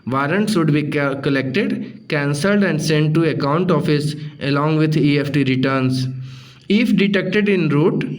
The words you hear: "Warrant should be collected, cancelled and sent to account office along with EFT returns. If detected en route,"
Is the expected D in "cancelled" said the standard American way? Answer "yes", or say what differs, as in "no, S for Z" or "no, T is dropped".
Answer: yes